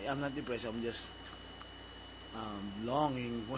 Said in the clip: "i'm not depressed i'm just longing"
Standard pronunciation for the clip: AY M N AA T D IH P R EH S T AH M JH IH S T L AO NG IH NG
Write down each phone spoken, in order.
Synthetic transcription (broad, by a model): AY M N AA T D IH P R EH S AH M JH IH S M L AO NG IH NG